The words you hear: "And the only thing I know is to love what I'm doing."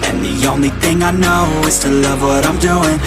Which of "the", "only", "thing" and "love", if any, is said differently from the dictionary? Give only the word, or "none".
none